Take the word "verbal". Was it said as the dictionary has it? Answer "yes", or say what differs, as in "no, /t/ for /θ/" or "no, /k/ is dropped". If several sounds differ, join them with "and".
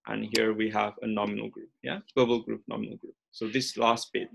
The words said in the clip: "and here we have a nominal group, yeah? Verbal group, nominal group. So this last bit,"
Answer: no, /w/ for /v/